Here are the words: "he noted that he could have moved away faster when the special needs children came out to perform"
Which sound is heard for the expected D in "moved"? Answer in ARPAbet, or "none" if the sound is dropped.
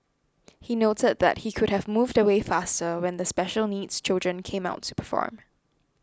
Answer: D